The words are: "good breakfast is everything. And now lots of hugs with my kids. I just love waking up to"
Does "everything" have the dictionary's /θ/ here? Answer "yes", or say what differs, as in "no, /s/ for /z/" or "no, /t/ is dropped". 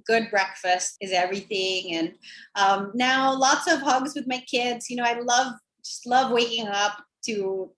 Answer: yes